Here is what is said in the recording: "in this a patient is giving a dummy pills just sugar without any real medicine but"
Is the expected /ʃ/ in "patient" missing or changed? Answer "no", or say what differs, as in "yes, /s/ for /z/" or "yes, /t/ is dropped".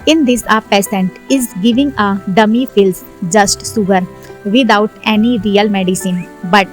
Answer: yes, /s/ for /ʃ/